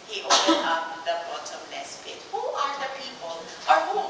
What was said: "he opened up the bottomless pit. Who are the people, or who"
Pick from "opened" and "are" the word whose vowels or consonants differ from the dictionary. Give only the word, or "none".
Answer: opened